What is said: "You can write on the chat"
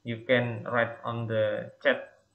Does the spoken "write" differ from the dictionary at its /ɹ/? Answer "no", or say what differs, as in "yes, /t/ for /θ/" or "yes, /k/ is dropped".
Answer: no